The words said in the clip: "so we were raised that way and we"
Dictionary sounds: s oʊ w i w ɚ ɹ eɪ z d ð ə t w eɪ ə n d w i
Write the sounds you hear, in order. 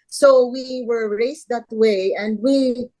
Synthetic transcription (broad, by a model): s oʊ w i w ɚ ɹ eɪ s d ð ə t w eɪ ə n d w i